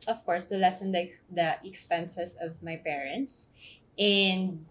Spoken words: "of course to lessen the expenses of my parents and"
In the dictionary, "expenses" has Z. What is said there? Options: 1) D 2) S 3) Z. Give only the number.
2